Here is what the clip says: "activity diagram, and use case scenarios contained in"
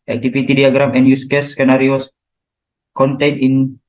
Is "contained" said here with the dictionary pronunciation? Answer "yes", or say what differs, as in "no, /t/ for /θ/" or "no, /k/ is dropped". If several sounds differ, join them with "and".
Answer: no, /d/ is dropped